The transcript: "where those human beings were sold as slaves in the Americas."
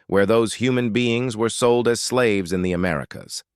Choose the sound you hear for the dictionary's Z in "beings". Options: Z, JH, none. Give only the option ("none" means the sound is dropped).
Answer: Z